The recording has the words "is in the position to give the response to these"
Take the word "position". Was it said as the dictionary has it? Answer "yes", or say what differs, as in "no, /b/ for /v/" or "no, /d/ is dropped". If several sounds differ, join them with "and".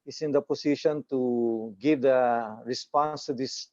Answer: no, /s/ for /z/